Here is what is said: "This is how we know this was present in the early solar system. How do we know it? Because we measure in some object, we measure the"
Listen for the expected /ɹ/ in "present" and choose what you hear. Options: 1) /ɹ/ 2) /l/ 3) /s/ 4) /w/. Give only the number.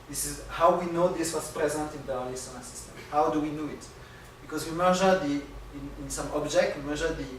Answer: 1